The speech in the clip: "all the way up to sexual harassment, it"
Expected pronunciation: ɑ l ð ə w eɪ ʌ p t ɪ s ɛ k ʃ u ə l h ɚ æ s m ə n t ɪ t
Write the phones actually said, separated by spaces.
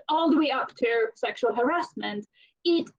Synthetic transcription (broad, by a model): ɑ l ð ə w eɪ ʌ p t ɪ s ɛ k ʃ u ə l h ɚ æ s m ə n t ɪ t